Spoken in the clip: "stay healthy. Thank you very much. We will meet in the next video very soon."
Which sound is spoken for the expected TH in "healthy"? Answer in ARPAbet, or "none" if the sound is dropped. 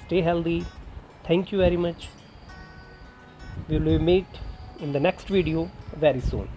T